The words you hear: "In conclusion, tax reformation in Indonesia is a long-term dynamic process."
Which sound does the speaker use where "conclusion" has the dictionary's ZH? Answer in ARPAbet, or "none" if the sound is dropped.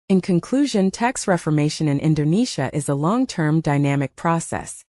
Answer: ZH